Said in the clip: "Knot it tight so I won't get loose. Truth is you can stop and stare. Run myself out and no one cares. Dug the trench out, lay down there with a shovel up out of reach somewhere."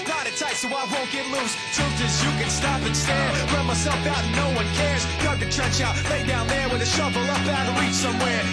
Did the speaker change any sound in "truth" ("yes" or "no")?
yes